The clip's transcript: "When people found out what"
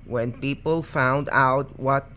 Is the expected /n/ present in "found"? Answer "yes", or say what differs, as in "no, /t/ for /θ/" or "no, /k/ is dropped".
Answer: yes